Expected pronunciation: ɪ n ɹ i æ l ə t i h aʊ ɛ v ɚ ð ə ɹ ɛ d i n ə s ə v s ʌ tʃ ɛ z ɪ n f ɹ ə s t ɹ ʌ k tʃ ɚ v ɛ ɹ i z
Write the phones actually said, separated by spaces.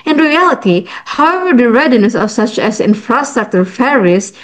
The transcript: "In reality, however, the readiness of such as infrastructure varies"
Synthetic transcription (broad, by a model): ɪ n ɹ i æ l ə t i h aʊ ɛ v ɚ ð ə ɹ ɛ d i n ə s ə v s ʌ tʃ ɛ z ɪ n f ɹ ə s t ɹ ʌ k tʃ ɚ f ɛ ɹ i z